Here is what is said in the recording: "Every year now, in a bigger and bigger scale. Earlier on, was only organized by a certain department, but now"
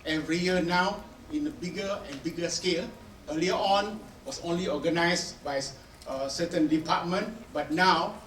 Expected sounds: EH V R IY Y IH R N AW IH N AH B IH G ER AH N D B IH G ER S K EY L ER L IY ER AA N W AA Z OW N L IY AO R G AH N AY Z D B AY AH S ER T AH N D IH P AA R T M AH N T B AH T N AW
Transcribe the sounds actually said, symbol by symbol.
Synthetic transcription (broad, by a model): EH V R IY Y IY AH N AW IH N AH B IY G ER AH N B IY G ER S K EY L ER L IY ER AA N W AA S OW N L IY AO G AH N AY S B AY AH S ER T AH N D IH P AA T M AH N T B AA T N AW